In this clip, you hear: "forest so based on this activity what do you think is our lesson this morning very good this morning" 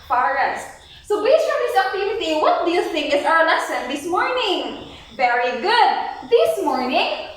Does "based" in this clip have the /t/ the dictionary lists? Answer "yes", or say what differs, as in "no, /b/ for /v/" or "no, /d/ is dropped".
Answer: no, /t/ is dropped